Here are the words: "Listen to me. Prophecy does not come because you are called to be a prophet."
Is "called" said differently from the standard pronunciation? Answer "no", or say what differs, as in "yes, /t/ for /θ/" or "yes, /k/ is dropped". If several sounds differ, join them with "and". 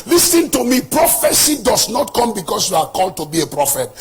no